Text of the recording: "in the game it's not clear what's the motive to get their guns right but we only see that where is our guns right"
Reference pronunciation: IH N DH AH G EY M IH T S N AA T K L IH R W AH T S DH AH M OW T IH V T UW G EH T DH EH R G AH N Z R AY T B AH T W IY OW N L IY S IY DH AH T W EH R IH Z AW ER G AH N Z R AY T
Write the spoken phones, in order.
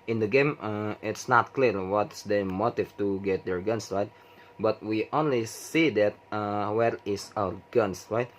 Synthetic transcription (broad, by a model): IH N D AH G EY M IH T S N AA T K L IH R W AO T S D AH M OW T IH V T UW G EH T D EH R G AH N S R AY T B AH T W IY OW N L IY S IY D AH T W EH R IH S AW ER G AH N S R AY T